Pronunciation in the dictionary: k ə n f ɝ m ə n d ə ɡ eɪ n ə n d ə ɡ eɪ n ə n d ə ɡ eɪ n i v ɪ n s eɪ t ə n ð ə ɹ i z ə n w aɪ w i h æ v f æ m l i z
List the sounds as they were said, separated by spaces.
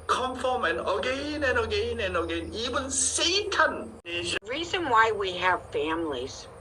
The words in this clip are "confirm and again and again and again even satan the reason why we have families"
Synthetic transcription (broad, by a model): k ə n f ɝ m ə n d ə ɡ eɪ n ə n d ə ɡ eɪ n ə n ə ɡ eɪ n i v ɪ n s eɪ t ə n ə ɹ i z ə n w aɪ w i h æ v f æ m l i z